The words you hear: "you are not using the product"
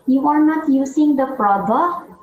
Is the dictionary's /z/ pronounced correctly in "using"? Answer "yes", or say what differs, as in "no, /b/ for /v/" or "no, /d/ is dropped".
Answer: no, /s/ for /z/